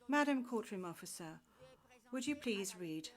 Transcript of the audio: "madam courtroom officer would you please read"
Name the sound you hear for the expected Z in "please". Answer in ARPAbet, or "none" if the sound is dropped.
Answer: Z